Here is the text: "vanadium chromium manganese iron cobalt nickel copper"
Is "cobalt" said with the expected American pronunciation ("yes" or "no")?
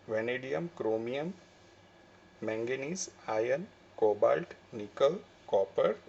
yes